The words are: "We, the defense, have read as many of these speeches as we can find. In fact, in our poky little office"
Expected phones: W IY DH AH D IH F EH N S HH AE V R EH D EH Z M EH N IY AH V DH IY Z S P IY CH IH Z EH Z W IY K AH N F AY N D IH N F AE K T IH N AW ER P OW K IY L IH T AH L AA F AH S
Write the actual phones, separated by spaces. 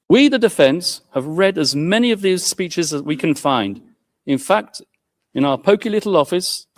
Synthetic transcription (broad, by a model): W IY DH AH D IH F EH N S HH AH V R EH D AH Z M EH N IY AH V DH IY Z S P IY CH IH Z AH Z W IY K AH N F AY N D IH N F AE K T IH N AW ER P OW K IY L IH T L AA F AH S